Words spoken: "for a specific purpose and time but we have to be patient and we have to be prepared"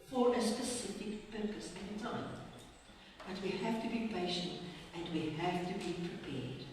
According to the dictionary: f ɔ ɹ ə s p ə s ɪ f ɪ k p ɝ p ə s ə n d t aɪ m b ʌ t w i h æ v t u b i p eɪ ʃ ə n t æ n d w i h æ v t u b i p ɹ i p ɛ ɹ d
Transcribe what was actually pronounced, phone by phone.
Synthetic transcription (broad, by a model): f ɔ ɹ ə s p ə s ɪ f ɪ k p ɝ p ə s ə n t aɪ m b ʌ t w i h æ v t u b i p eɪ ʃ ə n t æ n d w i h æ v t u b i p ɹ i p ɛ ɹ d